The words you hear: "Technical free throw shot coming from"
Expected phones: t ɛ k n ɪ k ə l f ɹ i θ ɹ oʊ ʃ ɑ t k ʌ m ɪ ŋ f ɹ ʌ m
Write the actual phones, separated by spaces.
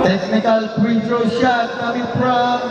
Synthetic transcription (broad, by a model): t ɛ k n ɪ k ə l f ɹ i t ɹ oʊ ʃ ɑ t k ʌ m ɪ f ɹ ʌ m